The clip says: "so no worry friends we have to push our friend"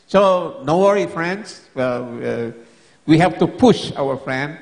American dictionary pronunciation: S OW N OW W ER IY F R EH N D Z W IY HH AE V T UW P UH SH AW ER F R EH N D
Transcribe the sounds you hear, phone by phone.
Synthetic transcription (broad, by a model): S OW N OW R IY F R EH N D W W IY HH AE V T UW P UH SH AW ER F R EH N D